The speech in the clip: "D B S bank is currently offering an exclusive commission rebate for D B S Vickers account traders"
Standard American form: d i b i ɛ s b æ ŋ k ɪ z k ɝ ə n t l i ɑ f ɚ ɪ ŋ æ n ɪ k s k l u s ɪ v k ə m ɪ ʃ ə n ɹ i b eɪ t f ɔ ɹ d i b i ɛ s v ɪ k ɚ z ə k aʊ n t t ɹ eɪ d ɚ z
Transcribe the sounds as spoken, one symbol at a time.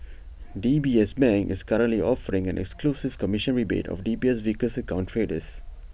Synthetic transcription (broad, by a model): d i b i ɛ s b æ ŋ ɪ s k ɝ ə n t l i ɑ f ɚ ɪ ŋ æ n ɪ k s k l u s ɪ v k ə m ɪ ʃ ə n ɹ i b eɪ t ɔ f d i b i ɛ s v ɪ k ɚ s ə k aʊ n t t ɹ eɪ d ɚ s